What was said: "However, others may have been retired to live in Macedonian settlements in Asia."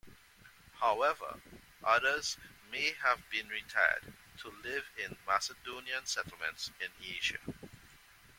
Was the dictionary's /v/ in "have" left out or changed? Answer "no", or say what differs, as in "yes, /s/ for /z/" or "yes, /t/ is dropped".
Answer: no